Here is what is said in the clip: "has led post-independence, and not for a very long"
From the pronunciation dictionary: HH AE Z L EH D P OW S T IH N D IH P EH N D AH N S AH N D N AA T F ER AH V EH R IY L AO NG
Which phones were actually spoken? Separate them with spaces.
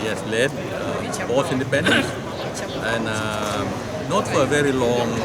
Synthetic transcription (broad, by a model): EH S L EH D B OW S IH N D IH P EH N D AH N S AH N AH N AA T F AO AH V EH R IY L AO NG